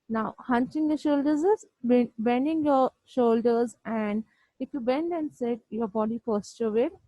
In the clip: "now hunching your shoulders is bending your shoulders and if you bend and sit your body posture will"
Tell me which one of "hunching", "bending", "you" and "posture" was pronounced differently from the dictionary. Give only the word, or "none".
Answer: posture